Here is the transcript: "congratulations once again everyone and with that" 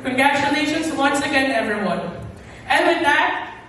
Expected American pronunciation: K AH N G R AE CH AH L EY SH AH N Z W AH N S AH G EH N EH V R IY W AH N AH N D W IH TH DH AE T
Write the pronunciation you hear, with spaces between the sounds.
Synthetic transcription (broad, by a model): K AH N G R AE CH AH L EY SH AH N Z W AH N S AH G EH N EH V R IY W AH N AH N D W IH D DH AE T